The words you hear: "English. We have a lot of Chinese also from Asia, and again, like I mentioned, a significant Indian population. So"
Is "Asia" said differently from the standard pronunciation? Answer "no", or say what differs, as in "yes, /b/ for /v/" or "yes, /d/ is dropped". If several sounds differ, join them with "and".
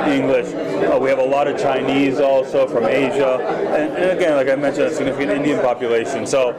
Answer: no